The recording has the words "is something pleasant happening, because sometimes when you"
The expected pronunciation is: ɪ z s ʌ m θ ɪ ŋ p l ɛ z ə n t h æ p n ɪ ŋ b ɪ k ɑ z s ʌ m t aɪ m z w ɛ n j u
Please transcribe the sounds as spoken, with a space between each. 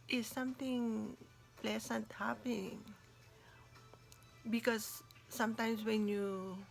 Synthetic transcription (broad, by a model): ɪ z s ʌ m t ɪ ŋ p l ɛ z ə n t h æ p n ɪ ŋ b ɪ k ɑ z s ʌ m t aɪ m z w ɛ n j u